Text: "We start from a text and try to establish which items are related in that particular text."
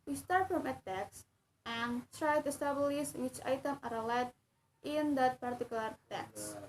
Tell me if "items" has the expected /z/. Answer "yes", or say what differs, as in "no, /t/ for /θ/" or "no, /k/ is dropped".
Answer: no, /z/ is dropped